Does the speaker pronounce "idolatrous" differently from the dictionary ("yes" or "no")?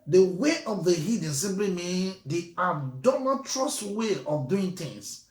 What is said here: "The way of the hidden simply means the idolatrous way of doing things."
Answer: yes